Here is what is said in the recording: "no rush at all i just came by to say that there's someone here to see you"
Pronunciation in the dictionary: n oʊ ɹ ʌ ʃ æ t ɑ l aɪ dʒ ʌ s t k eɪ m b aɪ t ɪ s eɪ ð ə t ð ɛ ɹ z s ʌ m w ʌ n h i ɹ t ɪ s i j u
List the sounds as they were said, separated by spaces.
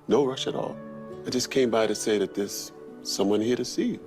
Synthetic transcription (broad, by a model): n oʊ ɹ ʌ ʃ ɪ t ɑ l aɪ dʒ ʌ s k eɪ m b aɪ t ɪ s eɪ ð ə t ð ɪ s ʌ m w ʌ n h i ɹ t ɪ s i